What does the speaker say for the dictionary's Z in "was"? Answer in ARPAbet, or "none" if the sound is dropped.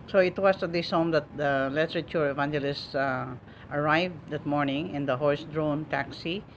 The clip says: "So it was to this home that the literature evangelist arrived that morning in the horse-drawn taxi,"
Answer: S